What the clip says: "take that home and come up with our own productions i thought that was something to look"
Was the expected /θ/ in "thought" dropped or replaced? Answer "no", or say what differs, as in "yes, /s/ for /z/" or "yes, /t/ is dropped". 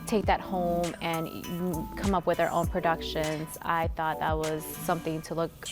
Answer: no